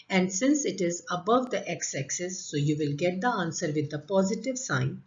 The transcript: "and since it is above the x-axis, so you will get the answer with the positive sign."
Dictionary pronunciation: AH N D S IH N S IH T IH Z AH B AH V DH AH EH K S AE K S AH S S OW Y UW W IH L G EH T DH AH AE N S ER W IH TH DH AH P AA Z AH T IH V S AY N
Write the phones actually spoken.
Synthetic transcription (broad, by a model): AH N D S IH N S IH T IH Z AH B AH V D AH EH K S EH K S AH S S OW Y UW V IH L G EH T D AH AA N S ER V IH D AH P AA Z AH T IH V S AY N